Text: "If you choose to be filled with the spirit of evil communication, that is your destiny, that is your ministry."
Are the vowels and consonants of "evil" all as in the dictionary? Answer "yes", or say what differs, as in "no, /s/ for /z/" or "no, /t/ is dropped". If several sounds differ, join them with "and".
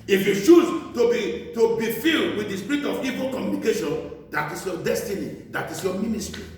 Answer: yes